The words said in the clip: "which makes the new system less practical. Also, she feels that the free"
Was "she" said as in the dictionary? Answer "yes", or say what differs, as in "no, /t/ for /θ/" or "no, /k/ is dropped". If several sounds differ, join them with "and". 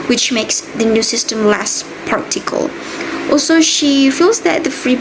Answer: yes